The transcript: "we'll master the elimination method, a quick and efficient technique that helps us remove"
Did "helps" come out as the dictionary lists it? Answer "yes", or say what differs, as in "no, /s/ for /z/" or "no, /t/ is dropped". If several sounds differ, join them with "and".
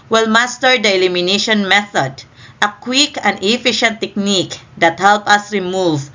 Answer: no, /s/ is dropped